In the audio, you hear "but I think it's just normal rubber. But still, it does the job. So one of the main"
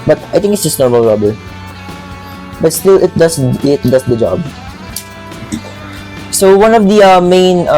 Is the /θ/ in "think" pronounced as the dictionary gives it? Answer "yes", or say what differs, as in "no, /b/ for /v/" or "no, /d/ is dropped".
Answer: no, /t/ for /θ/